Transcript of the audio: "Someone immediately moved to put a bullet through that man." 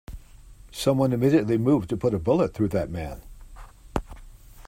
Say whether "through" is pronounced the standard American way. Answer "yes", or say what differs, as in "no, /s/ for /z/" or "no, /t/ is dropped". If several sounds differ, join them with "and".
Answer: yes